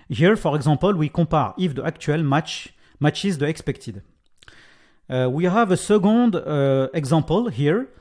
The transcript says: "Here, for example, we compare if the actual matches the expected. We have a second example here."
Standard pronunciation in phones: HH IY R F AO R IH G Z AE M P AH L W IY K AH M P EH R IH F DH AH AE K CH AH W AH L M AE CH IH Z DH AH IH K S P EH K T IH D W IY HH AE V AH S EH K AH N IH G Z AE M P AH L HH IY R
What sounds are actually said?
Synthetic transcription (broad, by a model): HH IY R F AO R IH G Z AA P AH L W IY K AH P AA R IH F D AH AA K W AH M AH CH M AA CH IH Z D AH IH K S P EH K T IH D W IY HH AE V AH S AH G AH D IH G Z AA P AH L HH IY R